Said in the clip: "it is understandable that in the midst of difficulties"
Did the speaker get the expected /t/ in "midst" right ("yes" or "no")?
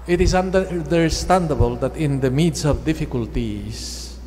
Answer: no